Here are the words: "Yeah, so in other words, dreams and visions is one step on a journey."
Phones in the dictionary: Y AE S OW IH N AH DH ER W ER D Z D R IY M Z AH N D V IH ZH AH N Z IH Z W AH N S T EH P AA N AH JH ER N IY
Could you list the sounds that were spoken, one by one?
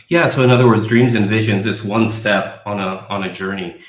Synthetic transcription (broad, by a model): Y AE S OW IH N AH DH ER W ER D Z D R IY M Z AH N V IH ZH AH N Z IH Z W AH N S T EH P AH N AH JH ER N IY